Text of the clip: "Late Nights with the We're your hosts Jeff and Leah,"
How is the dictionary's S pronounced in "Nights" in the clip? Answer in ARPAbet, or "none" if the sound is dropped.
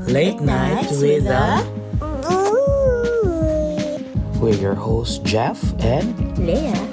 none